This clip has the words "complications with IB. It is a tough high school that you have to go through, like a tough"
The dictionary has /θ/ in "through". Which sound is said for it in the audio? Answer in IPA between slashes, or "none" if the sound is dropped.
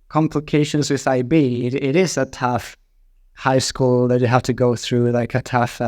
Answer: /θ/